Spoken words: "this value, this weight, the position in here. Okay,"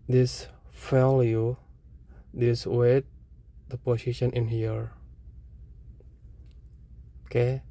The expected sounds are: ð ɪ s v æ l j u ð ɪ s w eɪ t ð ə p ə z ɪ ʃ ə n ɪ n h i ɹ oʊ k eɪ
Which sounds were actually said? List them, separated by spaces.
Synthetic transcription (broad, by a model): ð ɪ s f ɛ l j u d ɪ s w eɪ t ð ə p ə s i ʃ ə n ɪ n h i ɹ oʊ k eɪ